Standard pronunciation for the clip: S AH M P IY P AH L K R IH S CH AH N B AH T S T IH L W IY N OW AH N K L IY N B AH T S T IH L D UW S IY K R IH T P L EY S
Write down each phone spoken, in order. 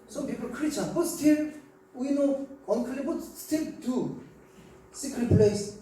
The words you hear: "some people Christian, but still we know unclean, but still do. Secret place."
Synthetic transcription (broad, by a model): S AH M P IY P AH L K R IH CH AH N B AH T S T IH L W IY N OW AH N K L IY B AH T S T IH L D UW S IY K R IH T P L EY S